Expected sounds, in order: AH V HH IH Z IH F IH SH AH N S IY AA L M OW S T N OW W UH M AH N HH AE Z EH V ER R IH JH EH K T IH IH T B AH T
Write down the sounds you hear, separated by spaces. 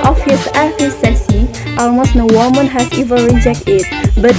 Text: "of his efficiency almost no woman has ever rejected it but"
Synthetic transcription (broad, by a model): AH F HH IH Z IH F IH S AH S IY AA L M OW S T N OW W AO M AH N HH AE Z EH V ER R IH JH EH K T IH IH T B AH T